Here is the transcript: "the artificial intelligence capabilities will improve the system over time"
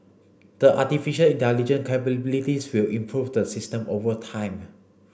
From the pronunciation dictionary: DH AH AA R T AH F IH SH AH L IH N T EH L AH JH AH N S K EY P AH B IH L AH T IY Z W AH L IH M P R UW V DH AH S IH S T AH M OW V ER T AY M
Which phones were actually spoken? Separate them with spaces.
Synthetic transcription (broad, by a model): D AH AA T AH F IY SH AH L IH N T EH L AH JH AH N K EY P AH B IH L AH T IY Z W AH L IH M P R UW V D AH S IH S T AH M OW V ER T AY M